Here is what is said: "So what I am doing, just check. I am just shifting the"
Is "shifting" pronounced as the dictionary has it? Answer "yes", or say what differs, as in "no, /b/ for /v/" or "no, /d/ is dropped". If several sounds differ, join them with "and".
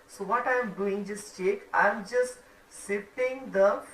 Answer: no, /s/ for /ʃ/